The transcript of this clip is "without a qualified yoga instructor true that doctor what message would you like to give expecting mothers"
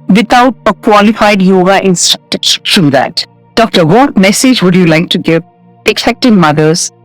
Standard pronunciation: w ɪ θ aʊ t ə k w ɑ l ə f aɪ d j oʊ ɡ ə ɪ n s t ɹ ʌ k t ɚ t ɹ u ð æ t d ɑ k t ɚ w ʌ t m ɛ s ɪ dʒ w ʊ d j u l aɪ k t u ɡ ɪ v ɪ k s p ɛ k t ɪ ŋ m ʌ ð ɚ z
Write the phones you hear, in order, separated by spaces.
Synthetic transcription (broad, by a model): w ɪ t aʊ t ə k w ɑ l ə f aɪ d j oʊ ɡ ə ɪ n s t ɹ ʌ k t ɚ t ɹ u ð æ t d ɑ k t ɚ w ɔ t m ɛ s ɪ dʒ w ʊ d j u l aɪ k t u ɡ ɪ v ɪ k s ɛ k t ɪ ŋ m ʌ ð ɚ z